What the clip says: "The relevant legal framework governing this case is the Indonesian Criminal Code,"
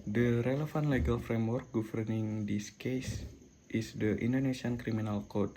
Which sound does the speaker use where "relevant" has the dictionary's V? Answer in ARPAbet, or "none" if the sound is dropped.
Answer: F